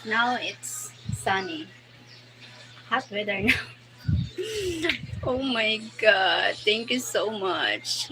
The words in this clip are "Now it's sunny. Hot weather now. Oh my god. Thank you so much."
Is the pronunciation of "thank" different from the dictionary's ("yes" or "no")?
yes